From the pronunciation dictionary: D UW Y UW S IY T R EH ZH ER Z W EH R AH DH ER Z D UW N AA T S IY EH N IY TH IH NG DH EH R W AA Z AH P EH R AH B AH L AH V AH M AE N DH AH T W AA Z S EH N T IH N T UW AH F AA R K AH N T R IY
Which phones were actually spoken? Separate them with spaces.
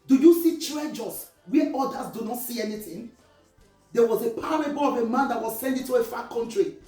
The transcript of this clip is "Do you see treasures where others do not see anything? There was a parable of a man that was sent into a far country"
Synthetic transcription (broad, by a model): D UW Y UW S IY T R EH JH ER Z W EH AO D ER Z D UW N AA T S IY EH N IY TH IH NG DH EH W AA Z AH P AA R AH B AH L AH V AH M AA N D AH T W AA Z S EH N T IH T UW AH F AA K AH N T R IY